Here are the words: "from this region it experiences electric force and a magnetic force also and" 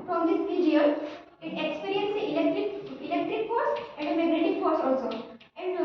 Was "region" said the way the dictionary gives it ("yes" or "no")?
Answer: no